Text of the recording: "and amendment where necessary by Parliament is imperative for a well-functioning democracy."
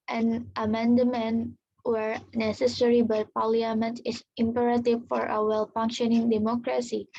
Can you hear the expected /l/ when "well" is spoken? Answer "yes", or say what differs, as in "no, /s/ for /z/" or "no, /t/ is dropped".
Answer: yes